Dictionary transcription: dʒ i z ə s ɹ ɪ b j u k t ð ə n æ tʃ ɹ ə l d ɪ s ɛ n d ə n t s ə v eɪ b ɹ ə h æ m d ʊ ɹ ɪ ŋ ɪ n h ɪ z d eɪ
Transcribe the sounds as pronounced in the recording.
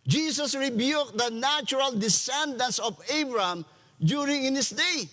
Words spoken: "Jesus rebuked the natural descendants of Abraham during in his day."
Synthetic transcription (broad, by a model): dʒ i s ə s ɹ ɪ b j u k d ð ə n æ tʃ ɹ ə l d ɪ s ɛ n d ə n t s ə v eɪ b ɹ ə m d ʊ ɹ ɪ ŋ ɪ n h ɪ s d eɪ